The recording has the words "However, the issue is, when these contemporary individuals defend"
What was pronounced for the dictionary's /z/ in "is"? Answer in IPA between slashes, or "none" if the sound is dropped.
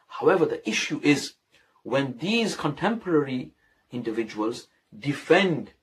/z/